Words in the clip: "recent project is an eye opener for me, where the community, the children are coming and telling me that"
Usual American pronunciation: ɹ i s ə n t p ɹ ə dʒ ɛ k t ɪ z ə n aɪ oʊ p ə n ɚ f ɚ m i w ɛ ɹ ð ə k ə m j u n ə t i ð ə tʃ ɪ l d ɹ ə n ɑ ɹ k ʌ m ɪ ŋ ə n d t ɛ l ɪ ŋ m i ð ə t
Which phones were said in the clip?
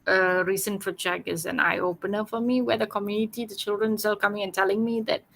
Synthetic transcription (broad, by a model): ɹ i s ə n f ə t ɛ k ɪ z ə n aɪ oʊ p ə n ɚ f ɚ m i w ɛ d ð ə k ə m j u n ə t i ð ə tʃ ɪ l d ɹ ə n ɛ l k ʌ m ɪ ŋ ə n t ɛ l ɪ ŋ m i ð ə t